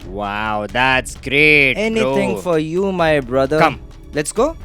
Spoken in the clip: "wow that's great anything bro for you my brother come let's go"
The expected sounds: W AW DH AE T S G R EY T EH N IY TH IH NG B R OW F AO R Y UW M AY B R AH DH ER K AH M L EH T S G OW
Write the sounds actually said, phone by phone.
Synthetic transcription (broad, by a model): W AW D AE T S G R EY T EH N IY T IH NG F AO R Y UW M AY B R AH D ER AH M L EH T S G OW